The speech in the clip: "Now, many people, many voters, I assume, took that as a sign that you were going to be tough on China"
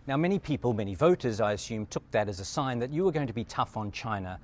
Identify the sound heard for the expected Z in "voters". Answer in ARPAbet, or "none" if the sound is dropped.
Z